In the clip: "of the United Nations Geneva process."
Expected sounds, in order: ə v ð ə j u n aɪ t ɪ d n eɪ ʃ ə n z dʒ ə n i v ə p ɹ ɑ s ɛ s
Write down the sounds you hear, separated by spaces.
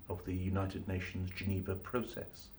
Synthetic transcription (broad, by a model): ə v ð ə j u n aɪ t ɪ d n eɪ ʃ ə n z dʒ ə n i v ə p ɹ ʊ s ɛ s